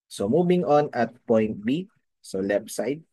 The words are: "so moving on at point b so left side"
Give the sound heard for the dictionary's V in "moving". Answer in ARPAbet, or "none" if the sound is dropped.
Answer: B